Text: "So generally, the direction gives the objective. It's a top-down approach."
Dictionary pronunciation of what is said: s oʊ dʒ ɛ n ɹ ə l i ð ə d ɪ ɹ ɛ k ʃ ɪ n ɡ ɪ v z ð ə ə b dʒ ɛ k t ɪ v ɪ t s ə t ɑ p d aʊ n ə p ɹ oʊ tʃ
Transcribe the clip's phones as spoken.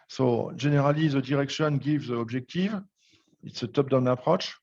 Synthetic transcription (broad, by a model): s oʊ ʒ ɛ n ɹ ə l i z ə d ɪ ɹ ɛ k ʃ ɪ n ɡ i v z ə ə b ʒ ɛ k t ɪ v ɪ t s ə t ɑ p d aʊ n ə p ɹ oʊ tʃ